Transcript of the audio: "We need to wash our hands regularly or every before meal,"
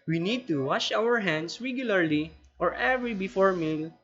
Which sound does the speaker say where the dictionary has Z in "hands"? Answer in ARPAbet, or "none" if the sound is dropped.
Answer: S